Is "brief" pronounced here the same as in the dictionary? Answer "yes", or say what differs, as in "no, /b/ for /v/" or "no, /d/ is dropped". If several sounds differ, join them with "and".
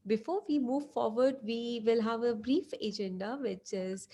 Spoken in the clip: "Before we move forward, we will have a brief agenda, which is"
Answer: yes